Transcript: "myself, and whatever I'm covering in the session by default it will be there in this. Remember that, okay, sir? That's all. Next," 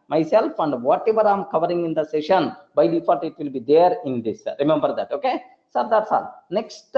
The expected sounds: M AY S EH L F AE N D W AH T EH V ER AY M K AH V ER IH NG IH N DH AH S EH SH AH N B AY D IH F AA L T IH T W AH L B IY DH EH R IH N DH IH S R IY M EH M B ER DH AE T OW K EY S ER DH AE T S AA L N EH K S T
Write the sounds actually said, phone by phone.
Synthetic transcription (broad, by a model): M AY S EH L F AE N D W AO T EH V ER AY M K AH V ER IH NG IH N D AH S EH SH AH N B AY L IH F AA T IH T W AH L B IY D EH R IH N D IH S R IY M EH M B ER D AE T OW K EY S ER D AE T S AA L N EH K S T